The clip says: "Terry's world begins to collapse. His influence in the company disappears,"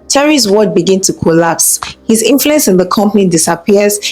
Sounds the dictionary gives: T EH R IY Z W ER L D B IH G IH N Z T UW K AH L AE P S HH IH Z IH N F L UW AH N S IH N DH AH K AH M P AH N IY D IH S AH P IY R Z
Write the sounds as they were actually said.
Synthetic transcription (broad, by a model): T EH R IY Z W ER D B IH G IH N T UW K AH L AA P S HH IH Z IH N F L UW AH N S IH N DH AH K AH M P AH N IY D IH S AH P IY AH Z